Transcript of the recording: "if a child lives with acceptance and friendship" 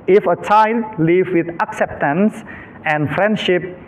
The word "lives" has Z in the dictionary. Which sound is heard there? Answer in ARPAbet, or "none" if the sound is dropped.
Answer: none